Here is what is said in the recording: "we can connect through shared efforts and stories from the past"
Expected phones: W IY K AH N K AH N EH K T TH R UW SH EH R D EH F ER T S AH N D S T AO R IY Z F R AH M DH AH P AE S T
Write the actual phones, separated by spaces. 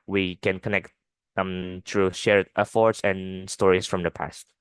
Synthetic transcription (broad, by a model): W IY K AH N K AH N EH K T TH R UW SH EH R EH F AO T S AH N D S T AO R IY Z F R AH M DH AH P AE S T